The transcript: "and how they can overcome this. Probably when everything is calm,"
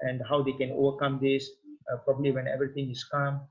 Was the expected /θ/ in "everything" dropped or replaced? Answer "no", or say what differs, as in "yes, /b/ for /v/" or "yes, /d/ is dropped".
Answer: yes, /t/ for /θ/